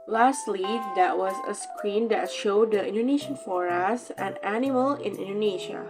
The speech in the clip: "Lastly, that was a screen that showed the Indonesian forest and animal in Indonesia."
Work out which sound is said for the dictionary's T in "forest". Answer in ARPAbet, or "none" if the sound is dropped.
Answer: none